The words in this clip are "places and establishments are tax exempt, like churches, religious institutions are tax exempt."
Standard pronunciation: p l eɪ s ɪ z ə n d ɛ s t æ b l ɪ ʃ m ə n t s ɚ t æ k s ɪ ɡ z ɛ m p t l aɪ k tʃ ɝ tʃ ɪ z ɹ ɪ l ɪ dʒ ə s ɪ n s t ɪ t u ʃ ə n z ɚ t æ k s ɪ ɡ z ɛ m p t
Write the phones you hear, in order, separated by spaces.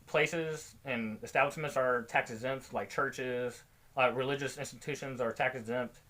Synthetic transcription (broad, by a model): p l eɪ s ɪ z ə n ɛ s t æ b l ɪ ʃ m ə n t s ɚ t æ k s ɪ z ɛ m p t l aɪ k tʃ ɝ tʃ ɪ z ɹ ɪ l ɪ dʒ ə s ɪ n s t ɪ t u ʃ ə n z ɚ t æ k s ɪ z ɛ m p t